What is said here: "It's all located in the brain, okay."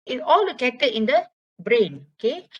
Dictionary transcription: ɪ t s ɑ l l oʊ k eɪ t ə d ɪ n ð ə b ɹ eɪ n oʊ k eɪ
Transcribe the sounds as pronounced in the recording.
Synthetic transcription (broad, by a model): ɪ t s ɑ l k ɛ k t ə ɪ n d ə b ɹ eɪ n oʊ k eɪ